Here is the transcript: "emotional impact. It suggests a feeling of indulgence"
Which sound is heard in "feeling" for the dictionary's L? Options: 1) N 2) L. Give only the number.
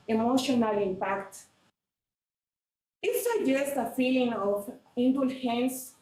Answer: 2